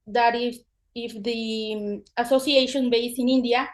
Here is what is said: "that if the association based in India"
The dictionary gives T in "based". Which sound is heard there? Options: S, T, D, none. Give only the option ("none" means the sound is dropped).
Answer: none